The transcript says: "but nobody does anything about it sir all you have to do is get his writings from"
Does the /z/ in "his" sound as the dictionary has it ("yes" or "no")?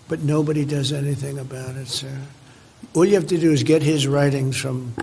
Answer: yes